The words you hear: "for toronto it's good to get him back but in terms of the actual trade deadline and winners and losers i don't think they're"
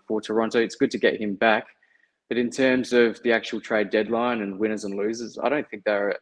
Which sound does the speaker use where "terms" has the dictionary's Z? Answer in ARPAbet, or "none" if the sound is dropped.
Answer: Z